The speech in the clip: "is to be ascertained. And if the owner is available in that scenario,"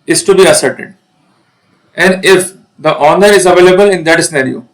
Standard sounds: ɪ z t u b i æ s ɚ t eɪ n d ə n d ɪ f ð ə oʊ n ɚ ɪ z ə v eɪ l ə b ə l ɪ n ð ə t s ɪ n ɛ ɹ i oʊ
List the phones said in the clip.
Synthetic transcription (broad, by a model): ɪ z t u b i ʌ s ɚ t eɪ d ə n d ɪ f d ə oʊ n ɚ ɪ z ə v eɪ l ə b ə l ɪ n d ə t s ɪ n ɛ ɹ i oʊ